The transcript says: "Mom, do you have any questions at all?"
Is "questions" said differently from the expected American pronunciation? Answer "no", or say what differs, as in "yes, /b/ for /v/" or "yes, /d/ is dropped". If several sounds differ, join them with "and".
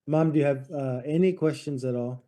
no